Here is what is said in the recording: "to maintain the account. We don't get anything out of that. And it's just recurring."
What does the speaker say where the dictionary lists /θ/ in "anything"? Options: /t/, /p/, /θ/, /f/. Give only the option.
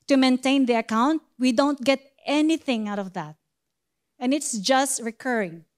/θ/